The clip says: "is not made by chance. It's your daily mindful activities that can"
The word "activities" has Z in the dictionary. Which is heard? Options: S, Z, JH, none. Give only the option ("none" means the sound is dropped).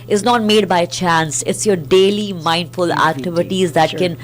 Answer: Z